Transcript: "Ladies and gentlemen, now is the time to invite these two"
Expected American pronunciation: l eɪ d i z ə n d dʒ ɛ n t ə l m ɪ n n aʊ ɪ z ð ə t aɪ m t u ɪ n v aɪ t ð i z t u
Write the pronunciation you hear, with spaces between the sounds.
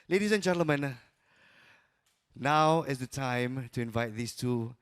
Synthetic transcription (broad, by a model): l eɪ d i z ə n dʒ ɛ n t ə l m ɪ n n aʊ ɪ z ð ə t aɪ m t u ɪ n v aɪ t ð i s t u